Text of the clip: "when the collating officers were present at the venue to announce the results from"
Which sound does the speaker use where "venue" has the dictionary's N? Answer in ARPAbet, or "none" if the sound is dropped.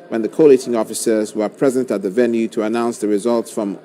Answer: N